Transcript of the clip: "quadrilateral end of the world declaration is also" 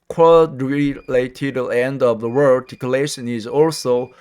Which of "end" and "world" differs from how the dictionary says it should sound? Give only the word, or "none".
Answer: world